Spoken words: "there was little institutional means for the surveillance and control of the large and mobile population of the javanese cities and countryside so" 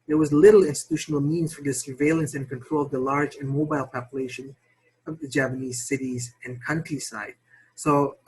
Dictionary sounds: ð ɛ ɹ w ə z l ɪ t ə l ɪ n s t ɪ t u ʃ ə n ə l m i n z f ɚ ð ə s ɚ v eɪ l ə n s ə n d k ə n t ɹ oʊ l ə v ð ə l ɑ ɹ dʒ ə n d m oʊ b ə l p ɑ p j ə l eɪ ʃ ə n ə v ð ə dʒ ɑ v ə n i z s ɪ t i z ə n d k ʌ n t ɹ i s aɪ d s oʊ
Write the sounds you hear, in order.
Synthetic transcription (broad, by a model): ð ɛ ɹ w ə z l ɪ t l ɪ n s t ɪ t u ʃ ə n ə l m i n z f ɚ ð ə s ɚ v eɪ l ə n s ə n k ə n t ɹ oʊ l ə v ð ə l ɑ ɹ dʒ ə n m oʊ b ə l p ɑ p j ə l eɪ ʃ ə n ə v ð ə dʒ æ p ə n i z s ɪ t i z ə n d k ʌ n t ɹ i s aɪ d s oʊ